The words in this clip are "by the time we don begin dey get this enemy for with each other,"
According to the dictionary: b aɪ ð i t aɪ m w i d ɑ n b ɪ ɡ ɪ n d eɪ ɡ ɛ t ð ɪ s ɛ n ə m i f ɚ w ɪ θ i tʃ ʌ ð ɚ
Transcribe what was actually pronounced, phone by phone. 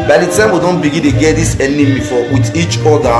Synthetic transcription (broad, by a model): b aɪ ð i t aɪ m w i d ɑ n b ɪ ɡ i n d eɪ ɡ ɛ t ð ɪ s ɛ n ə m i f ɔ w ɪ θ i tʃ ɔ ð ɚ